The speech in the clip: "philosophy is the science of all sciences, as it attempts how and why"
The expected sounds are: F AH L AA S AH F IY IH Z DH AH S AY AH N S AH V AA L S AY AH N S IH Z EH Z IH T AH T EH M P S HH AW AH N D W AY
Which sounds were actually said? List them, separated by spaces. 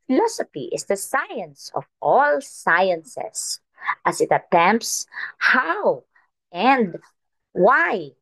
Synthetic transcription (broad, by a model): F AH L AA S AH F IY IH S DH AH S AY AH N S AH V AA L S AY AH N S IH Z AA S IH T AH T EH M P S HH AW AH N D W AY